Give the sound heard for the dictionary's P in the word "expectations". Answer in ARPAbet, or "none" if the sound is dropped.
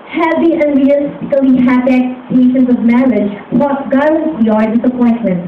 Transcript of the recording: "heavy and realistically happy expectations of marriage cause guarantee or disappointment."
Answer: none